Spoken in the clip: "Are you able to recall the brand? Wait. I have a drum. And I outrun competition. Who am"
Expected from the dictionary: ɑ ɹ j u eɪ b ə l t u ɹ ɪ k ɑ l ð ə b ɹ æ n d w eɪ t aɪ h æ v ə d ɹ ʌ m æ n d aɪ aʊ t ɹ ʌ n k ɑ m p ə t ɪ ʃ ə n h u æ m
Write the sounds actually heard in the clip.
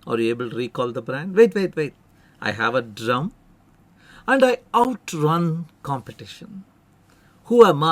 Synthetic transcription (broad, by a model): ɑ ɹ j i eɪ b ə l t u ɹ ɪ k ɑ l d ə b ɹ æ n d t eɪ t aɪ h æ v ə d ɹ ʌ m æ n d aɪ aʊ t ɹ ʌ n k ɑ m p ə t ɪ ʃ ə n h u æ m